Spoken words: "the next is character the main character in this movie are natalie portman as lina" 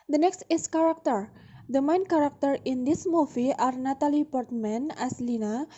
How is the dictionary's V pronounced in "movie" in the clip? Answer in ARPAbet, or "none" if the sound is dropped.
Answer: F